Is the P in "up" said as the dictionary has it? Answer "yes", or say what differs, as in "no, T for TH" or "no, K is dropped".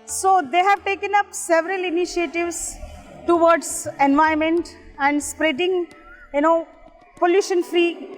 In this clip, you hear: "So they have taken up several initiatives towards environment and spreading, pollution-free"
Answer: yes